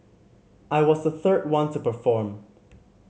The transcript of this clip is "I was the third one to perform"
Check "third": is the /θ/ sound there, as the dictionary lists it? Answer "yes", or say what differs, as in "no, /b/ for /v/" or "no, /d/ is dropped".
yes